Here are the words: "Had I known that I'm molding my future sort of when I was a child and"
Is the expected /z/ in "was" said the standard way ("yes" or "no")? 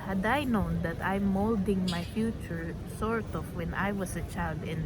no